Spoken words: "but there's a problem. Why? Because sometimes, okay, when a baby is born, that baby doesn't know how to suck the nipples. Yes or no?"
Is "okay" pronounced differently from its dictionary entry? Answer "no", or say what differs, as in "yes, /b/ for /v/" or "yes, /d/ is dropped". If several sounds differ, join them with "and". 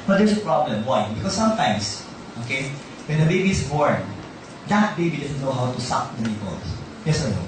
no